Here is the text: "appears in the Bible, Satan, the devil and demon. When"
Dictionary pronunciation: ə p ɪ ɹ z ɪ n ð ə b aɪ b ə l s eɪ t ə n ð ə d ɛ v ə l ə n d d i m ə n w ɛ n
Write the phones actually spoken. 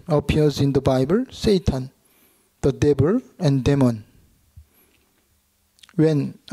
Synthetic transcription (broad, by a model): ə p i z ɪ n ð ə b aɪ b ə l s eɪ t ə n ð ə d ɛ b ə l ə n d d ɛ m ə n w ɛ n